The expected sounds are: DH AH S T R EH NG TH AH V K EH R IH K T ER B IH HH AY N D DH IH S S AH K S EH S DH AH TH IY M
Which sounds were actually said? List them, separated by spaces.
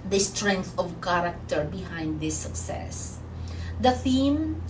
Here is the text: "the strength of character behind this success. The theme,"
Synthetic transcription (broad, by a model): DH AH S T R EH NG TH AH V K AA R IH K T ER B IH HH AY N D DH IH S S AH K S EH S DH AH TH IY M